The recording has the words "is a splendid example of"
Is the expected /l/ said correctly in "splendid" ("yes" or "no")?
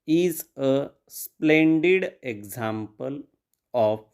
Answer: yes